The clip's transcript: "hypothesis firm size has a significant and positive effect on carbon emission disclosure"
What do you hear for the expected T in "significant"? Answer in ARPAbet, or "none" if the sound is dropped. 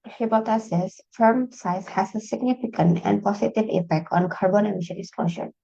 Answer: T